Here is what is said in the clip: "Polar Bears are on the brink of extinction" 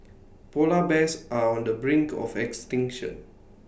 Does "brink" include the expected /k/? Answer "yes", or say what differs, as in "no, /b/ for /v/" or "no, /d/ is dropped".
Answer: yes